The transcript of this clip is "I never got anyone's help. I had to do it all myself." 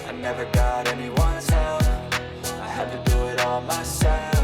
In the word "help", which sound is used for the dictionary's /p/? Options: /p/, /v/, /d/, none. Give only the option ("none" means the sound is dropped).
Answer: none